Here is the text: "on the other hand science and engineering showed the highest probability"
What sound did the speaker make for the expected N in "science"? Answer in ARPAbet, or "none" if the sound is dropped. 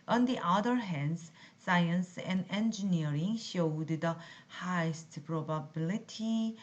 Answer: N